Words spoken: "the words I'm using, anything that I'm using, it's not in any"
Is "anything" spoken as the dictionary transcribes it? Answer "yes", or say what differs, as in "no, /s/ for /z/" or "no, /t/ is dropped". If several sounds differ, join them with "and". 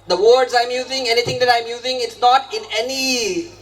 no, /t/ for /θ/